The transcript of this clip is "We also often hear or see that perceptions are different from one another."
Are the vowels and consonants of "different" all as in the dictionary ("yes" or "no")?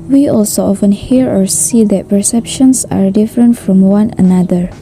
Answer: yes